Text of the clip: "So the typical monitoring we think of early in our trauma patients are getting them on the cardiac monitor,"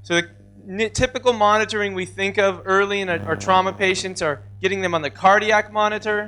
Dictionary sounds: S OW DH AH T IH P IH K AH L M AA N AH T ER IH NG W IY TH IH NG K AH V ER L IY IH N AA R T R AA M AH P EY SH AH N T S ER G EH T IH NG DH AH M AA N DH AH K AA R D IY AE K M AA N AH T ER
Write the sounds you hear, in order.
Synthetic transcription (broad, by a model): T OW DH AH T IH P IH K L M AA N AH T ER IH NG W IY TH IH NG K AH V ER L IY IH N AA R T R AA M AH P EY SH AH N T S ER G EH T IH NG DH AH M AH N DH AH K AA R D IY AE K M AA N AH T ER